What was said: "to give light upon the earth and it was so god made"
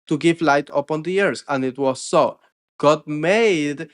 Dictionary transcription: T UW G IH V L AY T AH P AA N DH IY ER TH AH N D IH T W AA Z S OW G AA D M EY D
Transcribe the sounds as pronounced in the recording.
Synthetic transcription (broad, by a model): T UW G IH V L AY T AH P AA N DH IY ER S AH N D IH T W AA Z S OW G AA D M EY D